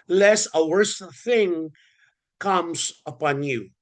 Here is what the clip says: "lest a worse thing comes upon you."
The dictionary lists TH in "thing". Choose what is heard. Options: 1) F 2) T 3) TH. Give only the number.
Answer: 3